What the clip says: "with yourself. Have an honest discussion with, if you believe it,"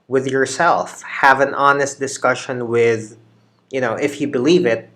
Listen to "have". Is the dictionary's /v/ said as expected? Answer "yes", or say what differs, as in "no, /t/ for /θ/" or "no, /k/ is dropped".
yes